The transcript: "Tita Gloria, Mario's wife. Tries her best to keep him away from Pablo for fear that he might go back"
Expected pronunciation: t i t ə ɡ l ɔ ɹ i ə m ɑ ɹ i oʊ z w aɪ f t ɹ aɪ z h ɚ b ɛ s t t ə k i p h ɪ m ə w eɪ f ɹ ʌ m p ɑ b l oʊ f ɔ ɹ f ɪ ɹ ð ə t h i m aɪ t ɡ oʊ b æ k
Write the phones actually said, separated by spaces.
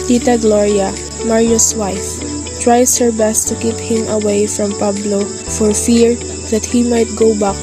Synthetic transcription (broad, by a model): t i t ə ɡ l ɔ ɹ i ə m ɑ ɹ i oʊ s w aɪ f t ɹ aɪ s h ɚ b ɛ s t t ə k i p h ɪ m ə w eɪ f ɹ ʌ m p ɑ b l oʊ f ɔ ɹ f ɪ ɹ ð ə t h i m aɪ t ɡ oʊ b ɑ k